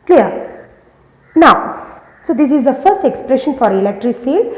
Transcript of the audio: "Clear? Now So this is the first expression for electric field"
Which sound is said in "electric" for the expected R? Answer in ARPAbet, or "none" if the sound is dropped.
R